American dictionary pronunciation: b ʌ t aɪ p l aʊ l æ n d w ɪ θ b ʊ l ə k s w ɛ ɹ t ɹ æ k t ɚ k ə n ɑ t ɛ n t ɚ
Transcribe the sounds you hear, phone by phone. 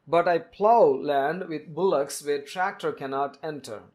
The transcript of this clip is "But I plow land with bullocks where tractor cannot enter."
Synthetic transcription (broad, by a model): b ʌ t aɪ p l aʊ l æ n d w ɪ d b ʊ l ə k s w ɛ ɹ t ɹ æ k t ɚ k ə n ɑ t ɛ n t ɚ